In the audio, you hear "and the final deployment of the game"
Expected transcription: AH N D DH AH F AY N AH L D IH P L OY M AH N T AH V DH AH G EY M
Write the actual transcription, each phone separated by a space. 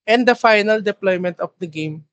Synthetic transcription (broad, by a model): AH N D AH F AY N AH L D IH P L OY M AH N T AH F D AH G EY M